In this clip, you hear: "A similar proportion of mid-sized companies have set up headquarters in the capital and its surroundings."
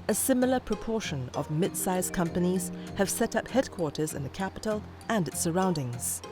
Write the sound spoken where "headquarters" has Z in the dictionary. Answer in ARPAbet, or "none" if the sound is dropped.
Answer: Z